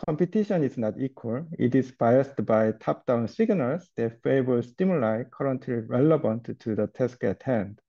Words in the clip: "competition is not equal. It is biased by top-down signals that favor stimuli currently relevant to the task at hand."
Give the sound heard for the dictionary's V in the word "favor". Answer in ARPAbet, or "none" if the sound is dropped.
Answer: B